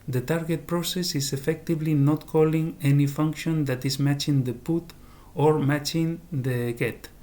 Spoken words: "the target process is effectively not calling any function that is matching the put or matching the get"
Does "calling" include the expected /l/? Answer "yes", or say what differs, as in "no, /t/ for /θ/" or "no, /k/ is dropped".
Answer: yes